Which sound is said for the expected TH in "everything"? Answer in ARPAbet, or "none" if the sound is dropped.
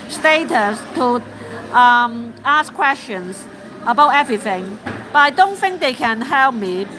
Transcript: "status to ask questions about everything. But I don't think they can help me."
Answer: TH